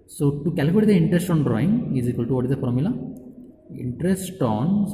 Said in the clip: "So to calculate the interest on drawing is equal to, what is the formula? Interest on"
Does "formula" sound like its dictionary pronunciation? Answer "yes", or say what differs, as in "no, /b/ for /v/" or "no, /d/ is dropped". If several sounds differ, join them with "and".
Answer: no, /p/ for /f/